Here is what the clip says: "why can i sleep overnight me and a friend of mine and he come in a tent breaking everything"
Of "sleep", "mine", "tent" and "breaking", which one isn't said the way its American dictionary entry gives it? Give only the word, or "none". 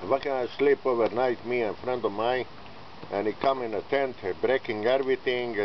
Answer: mine